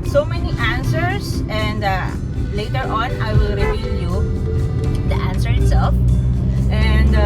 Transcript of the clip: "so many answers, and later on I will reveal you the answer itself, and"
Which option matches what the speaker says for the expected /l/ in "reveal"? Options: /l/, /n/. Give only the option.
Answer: /n/